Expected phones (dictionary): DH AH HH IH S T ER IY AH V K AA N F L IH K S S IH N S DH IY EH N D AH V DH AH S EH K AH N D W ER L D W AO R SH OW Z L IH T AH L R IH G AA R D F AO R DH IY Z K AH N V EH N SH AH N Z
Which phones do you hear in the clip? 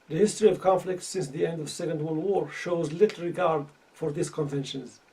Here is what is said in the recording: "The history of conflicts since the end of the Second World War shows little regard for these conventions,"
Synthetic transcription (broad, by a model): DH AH HH IH S T ER IY AH V K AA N F L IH K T S IH N S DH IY EH N D AH V S EH K AH N D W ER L W AO R SH OW Z L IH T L R IH G AA R D F AO R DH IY S K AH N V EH N SH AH N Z